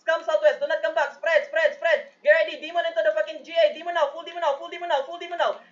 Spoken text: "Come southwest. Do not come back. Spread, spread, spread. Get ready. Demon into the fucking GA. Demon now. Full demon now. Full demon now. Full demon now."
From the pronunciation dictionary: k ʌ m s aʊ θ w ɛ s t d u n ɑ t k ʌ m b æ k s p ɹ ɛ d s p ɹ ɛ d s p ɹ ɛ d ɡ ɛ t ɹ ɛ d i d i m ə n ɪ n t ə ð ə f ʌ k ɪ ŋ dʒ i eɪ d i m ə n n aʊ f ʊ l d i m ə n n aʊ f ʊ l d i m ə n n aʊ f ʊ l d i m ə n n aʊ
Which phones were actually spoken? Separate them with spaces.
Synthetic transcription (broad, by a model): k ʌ m s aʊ t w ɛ s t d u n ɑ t k ʌ m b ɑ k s p ɹ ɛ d s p ɹ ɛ s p ɹ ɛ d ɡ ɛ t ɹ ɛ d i d i m ə n ɪ n t ə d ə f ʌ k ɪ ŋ dʒ i eɪ d i m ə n n aʊ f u l d i m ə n n aʊ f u l d i m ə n n aʊ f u l d i m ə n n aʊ